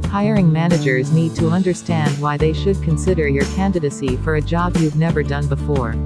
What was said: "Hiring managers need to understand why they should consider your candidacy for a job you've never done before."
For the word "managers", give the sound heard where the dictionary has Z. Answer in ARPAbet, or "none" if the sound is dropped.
Z